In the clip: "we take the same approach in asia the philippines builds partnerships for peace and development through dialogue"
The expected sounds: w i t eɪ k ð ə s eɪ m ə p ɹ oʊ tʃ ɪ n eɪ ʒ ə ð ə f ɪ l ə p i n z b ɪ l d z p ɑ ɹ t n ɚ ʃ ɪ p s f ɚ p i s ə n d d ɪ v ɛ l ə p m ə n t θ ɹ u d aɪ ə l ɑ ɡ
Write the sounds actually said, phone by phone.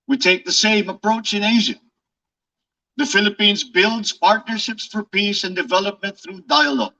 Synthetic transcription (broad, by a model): w i t eɪ k ð ə s eɪ m ə p ɹ oʊ tʃ ɪ n eɪ ʒ ə ð ə f ɪ l ə p i n z b ɪ l d z p ɑ ɹ t n ɚ ʃ ɪ p s f ɚ p i s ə n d d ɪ v ɛ l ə p m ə n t θ ɹ u d aɪ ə l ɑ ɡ